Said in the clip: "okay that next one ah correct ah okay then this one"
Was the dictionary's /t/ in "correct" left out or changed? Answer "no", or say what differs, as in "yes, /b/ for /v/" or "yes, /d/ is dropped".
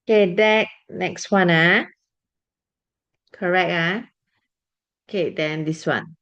yes, /t/ is dropped